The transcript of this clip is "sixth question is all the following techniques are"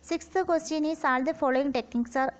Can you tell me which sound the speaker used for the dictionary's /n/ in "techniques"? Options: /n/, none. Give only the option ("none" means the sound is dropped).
none